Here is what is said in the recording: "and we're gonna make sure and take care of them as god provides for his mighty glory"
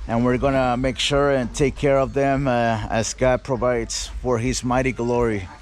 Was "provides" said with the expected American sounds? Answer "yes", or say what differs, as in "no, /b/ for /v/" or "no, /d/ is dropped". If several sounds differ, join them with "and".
yes